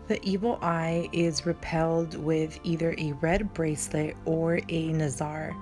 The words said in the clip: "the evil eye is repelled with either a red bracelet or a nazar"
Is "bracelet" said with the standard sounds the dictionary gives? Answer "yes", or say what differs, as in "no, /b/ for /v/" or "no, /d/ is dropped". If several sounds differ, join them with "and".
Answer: yes